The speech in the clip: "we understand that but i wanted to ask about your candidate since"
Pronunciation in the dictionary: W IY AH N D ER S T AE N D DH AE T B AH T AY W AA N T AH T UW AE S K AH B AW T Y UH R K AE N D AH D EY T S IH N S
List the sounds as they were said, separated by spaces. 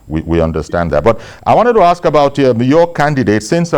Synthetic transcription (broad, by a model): W IY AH N D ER S T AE N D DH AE T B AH T AY W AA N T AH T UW AE S K AH B AW T Y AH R K AE N D AH D EY T S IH N S